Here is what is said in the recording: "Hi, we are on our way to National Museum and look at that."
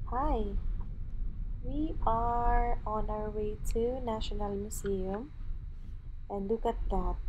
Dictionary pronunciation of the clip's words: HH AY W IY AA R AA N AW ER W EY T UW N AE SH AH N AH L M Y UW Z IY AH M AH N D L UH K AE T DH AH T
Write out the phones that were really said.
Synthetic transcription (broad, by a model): HH AY W IY AA R AA N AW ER W EY T UW N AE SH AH N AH L M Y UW S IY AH M AH N D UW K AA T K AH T